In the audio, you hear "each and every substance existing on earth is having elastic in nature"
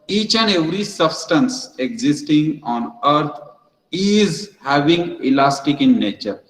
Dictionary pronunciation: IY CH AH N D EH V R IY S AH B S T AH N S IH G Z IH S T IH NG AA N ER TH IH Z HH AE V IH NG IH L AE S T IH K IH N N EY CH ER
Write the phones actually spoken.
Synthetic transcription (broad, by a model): IY CH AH N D EH V R IY S AH B S T AH N S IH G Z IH S T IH NG AA N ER T IH Z HH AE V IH NG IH L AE S T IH K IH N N EY CH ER